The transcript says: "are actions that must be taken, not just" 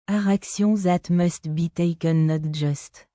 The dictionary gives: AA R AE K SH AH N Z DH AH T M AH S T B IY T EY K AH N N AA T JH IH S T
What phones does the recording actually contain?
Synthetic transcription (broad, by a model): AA R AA K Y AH Z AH T M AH S T B IY T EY K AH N N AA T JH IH S T